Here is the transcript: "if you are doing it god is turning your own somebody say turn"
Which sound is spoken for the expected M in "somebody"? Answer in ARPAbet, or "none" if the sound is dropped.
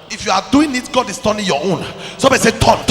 none